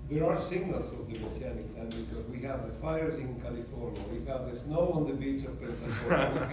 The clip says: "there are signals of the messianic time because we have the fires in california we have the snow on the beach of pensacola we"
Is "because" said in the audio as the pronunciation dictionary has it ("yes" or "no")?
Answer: yes